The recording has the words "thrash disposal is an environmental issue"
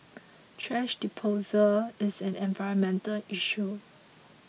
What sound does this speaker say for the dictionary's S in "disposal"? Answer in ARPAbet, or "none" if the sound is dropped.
none